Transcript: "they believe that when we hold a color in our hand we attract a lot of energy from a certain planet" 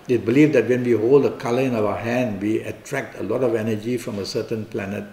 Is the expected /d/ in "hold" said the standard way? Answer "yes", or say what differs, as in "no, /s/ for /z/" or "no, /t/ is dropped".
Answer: yes